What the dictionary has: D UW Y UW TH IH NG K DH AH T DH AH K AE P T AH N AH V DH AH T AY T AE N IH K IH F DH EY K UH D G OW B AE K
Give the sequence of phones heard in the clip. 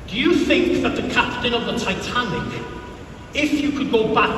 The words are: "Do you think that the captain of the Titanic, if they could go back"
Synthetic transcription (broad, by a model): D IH Y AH TH IH NG K DH AH T DH AH K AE P T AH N AH V DH AH T AY T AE N IH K IH F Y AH K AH D G OW B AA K